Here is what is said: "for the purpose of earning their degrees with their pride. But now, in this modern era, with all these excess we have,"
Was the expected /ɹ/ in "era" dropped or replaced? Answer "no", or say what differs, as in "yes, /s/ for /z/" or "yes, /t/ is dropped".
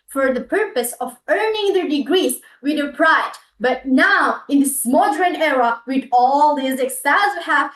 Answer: no